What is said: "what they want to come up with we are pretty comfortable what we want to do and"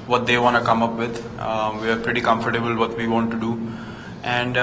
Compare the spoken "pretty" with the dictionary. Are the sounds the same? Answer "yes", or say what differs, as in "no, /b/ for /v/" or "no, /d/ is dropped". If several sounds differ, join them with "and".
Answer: yes